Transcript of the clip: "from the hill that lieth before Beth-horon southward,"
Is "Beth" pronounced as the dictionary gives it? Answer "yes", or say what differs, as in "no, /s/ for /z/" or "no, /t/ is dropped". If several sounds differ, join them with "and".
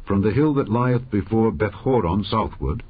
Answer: yes